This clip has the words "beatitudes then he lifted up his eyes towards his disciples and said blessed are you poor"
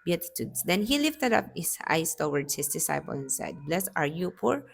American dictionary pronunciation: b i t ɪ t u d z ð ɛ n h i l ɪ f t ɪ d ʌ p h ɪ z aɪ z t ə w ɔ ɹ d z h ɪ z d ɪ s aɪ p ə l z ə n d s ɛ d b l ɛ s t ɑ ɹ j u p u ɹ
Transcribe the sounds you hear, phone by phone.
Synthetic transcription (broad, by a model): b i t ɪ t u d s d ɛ n h i l ɪ f t ɪ d ʌ p h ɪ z aɪ s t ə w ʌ ɹ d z h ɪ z d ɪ s aɪ p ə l ə n s ɛ d b l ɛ s ɑ ɹ j u p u ɹ